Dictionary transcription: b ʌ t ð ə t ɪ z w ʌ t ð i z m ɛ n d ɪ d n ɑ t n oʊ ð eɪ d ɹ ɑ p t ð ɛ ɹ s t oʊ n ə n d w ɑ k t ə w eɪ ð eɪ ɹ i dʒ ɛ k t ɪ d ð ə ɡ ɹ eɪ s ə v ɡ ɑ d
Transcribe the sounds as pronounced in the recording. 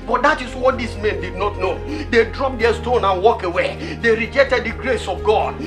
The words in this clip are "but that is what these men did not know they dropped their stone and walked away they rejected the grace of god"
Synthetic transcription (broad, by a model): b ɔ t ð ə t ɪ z w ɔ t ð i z m ɛ n d ɪ d n ɑ t n oʊ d eɪ d ɹ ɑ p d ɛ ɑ s t oʊ n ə n w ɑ k ə w eɪ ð eɪ ɹ i dʒ ɛ k t ɪ d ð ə ɡ ɹ eɪ s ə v ɡ ɑ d